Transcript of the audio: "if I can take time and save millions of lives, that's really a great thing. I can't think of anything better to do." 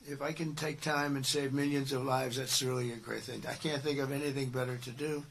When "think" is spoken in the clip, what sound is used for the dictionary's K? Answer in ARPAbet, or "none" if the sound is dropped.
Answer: K